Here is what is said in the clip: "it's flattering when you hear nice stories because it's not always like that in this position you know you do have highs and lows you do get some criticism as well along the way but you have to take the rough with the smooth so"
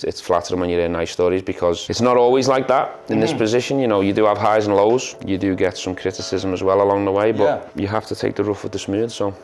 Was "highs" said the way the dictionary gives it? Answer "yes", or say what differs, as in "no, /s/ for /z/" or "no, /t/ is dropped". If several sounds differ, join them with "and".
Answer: yes